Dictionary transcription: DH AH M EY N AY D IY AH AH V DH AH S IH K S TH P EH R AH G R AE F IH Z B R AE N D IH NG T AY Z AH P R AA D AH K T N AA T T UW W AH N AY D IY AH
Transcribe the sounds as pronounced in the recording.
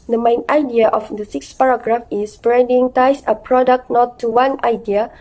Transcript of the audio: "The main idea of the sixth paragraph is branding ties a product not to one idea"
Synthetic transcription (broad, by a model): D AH M EY N AY D IY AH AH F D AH S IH K S P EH R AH G R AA F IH S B R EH N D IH NG T AY S AH P R AA D AH K T N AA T T UW W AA N AY D IY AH